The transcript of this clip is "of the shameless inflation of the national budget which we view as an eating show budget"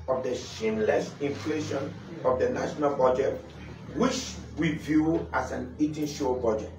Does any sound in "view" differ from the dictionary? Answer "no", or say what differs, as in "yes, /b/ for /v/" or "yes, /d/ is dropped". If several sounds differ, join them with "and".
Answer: no